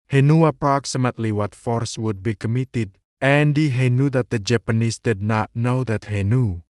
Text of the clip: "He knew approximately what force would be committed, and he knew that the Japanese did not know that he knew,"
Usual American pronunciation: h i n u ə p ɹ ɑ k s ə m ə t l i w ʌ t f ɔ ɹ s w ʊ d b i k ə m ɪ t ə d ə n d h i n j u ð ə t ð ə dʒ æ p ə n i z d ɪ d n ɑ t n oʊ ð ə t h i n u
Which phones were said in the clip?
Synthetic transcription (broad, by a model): h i n u ə p ɹ ɑ k s ə m ə t l i w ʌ t f ɔ ɹ s w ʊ d b i k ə m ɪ t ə d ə n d h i n j u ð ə t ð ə dʒ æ p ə n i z d ɪ d n ɑ t n oʊ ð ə t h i n u